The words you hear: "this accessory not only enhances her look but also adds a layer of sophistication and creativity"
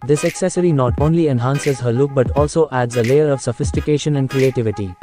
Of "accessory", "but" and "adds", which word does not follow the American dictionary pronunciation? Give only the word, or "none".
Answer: none